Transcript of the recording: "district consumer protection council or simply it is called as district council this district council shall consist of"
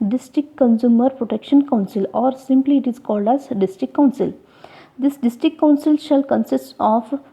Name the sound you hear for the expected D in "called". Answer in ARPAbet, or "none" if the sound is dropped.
D